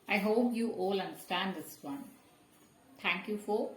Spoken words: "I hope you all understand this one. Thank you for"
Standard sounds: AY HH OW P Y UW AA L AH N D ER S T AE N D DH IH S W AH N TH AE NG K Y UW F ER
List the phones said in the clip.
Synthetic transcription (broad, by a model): AY HH OW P Y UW AA L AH N D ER S T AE N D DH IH S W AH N T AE NG K Y UW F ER